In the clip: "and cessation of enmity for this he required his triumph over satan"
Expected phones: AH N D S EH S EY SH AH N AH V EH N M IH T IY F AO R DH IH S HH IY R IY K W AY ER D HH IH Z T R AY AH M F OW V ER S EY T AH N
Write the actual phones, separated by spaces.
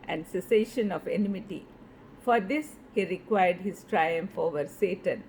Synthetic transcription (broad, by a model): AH N D S EH S EY SH AH N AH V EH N M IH T IY F AO R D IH S HH IY R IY K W AY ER D HH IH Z T R AY AH M F OW V ER S EY T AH N